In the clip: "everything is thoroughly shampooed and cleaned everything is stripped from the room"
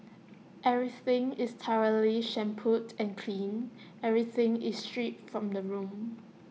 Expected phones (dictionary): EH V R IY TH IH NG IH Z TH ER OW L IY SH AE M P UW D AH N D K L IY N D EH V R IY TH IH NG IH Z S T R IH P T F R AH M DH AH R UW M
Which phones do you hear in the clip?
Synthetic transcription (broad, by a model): EH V R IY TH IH NG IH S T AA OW L IY SH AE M P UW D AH N K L IY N EH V R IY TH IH NG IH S T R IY T F R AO M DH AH R UW M